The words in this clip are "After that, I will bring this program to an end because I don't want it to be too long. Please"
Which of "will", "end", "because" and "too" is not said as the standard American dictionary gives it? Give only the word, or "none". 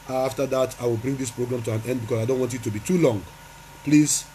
because